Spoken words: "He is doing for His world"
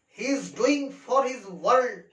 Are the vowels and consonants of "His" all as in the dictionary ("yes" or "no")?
yes